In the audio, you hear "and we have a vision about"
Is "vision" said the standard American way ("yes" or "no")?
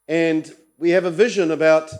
yes